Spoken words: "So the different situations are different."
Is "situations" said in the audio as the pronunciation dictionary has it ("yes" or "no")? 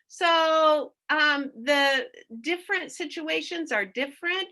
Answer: yes